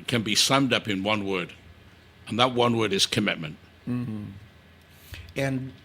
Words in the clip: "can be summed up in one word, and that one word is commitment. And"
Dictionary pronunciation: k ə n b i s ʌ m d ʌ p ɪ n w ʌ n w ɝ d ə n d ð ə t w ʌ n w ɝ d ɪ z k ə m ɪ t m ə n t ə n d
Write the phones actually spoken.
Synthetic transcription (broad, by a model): k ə n b i s ʌ m d ʌ p ɪ n w ʌ n w ɝ d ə n ð ə t w ʌ n w ɝ d ɪ z k ə m ɪ t m ə n t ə n